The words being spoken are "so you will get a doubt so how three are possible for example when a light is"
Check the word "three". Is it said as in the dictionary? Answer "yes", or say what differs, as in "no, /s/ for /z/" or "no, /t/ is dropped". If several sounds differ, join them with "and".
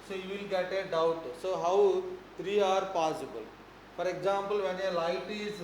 no, /t/ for /θ/